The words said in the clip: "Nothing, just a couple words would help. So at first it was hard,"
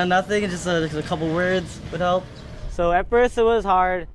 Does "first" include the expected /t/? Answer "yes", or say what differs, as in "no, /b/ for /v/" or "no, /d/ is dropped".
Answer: no, /t/ is dropped